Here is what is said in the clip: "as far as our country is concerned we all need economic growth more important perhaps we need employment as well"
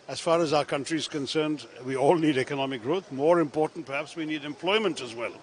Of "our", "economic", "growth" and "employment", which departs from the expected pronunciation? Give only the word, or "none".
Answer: none